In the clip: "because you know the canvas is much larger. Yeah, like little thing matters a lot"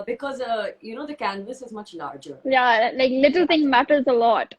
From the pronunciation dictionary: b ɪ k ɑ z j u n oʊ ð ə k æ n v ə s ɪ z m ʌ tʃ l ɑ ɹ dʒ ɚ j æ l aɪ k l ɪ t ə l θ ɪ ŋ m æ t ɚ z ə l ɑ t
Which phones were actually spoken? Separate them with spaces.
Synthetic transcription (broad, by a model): b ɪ k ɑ z j u n oʊ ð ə k æ n v ə s ɪ z m ʌ tʃ l ɑ ɹ dʒ ɚ j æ l aɪ k l ɪ t ə l t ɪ ŋ m æ t ɚ z ə l ɑ t